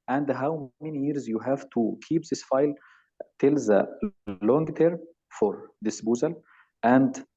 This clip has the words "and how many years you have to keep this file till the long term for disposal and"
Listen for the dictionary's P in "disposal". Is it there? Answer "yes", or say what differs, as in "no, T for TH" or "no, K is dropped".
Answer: no, B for P